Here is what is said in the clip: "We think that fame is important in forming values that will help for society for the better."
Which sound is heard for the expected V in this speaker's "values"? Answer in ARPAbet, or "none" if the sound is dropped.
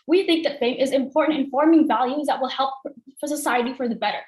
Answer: V